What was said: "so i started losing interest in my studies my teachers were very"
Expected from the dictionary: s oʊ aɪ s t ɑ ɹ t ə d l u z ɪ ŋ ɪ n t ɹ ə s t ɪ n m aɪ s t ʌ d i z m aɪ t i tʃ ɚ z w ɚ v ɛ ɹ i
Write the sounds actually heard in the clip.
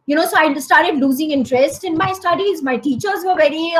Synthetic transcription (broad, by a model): s oʊ aɪ s t ɑ ɹ t ə d l u z ɪ ŋ ɪ n t ɹ ə s t ɪ n m aɪ s t ʌ d i z m aɪ t i tʃ ɚ z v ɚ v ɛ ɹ i